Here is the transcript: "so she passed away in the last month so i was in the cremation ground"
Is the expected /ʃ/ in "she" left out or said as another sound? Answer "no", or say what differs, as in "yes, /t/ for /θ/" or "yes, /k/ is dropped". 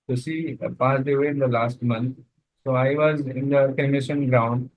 yes, /s/ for /ʃ/